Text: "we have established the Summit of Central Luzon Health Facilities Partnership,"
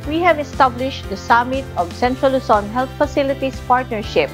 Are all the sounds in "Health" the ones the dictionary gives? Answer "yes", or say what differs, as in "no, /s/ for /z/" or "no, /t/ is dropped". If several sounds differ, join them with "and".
no, /t/ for /θ/